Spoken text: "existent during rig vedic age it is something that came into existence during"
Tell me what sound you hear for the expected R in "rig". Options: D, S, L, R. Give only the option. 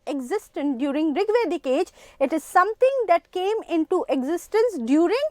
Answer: R